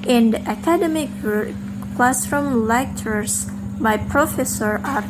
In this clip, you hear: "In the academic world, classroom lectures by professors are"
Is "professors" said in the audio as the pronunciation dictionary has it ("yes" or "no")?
no